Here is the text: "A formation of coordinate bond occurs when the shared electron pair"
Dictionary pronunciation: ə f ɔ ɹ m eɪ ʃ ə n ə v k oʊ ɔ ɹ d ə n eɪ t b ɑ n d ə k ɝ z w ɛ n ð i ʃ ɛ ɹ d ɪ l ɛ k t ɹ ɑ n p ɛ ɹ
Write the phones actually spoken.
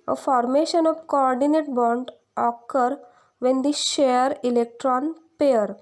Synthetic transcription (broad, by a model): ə f ɔ ɹ m eɪ ʃ ə n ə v k oʊ ɔ ɹ d ə n eɪ t b ɑ n d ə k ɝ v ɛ n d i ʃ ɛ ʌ d ɪ l ɛ k t ɹ ɑ n p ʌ ɹ